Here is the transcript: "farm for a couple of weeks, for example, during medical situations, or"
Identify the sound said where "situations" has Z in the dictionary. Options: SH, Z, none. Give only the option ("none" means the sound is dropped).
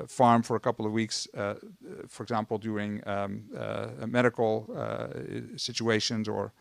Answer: Z